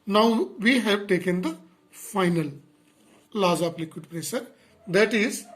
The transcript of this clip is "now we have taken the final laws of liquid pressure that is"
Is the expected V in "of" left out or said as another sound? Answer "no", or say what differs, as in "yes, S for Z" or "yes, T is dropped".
yes, P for V